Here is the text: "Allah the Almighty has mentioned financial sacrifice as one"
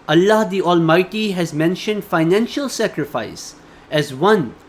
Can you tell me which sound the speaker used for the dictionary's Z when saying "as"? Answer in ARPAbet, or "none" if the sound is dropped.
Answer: Z